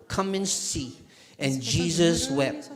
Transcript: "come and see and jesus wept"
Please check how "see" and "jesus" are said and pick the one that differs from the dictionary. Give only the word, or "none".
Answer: none